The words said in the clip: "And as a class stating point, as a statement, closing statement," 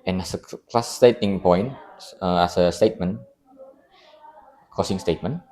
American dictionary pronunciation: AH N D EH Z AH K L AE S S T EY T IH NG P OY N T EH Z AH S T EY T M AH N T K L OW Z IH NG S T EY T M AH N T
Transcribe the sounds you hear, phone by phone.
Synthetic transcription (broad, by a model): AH N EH S AH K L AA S S T EY T IH NG P OY N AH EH S AH S T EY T M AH N K OW S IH NG S T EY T M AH N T